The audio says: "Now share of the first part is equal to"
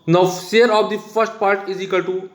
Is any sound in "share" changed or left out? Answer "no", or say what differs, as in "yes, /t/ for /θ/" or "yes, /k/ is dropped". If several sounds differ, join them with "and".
yes, /s/ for /ʃ/